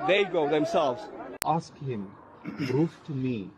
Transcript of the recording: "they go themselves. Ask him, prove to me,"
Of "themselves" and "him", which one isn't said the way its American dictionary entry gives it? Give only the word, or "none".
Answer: none